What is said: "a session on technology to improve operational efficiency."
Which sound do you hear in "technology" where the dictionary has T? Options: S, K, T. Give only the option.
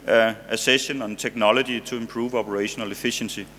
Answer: S